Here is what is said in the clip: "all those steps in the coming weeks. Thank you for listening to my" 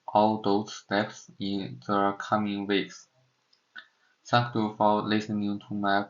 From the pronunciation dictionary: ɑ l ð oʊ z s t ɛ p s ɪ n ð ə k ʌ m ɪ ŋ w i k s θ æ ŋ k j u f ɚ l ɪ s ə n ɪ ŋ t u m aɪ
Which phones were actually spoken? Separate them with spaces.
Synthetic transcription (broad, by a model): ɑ l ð oʊ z s t ɛ p s ɪ n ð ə k ʌ m ɪ ŋ w i k s s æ k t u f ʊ l ɪ s ə n ɪ ŋ t u m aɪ